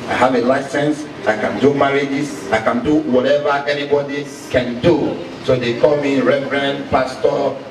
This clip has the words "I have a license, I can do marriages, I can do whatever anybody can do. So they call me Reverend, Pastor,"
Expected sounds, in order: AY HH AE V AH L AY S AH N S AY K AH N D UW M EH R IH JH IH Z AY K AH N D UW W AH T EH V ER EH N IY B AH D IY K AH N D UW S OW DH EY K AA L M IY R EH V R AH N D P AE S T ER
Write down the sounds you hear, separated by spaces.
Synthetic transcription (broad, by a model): AY HH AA V AH L AY S AH N S AY K AH N D UW M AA R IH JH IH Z AY K AH N D UW W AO T EH V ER EH N IY B AH D IY K AH N D UW S OW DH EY K AA L M IY R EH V R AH N P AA S T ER